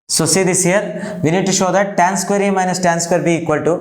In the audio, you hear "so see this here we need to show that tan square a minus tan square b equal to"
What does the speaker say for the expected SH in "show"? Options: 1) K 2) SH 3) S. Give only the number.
2